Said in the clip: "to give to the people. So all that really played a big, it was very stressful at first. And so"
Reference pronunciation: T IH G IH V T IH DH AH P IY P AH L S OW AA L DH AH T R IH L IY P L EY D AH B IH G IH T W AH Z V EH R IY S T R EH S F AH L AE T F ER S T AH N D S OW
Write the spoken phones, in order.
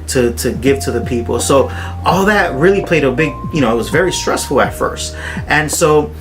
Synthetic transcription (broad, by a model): T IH G IH V T IH DH AH P IY P L S OW AA L DH AH T R IH L IY P L EY D AH B IH G IH T W AH Z V EH R IY S T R EH S F L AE T F ER S T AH N S OW